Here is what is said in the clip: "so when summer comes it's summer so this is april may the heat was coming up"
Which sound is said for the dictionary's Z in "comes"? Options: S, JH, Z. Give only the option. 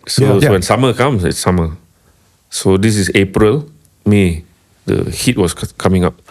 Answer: S